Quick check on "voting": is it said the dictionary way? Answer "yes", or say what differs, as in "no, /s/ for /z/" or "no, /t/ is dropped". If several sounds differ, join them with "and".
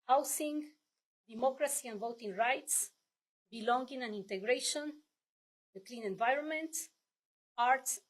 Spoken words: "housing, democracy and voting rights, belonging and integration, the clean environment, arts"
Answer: yes